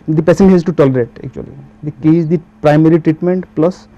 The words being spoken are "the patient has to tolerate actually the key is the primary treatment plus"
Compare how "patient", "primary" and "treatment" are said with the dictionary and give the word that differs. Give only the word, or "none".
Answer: patient